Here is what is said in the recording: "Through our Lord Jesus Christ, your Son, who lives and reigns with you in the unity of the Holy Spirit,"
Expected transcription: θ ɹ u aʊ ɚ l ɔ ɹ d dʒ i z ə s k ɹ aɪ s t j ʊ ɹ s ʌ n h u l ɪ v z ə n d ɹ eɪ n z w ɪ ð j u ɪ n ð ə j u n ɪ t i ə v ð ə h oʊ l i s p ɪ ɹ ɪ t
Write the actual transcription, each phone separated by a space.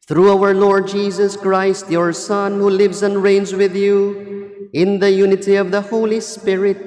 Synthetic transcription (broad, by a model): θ ɹ u aʊ ɚ l ɔ ɹ d dʒ i z ə s k ɹ aɪ s t j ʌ ɹ s ʌ n h u l ɪ v z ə n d ɹ eɪ n z w ɪ ð j u ɪ n ð ə j u n ɪ t i ə v ð ə h oʊ l i s p ɪ ɹ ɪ t